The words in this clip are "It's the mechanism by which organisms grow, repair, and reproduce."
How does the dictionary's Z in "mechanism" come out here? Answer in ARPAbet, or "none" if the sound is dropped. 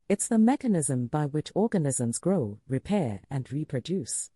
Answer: Z